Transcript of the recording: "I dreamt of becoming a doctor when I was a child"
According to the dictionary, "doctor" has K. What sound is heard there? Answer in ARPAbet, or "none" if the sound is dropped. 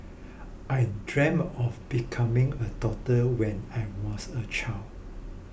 none